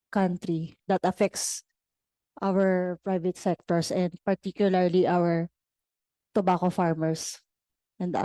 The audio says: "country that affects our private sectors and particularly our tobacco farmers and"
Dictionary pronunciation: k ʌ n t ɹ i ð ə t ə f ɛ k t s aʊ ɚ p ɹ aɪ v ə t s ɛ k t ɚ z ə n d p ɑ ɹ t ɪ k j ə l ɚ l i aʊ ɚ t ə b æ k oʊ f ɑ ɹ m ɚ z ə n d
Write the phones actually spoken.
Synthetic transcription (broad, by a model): k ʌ n t ɹ i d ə t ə f ɛ k t s aʊ ɚ p ɹ aɪ v ə t s ɛ k t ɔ s ə n d p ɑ ɹ t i k j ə l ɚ l i aʊ ɚ t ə b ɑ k oʊ f ɑ ɹ m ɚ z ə n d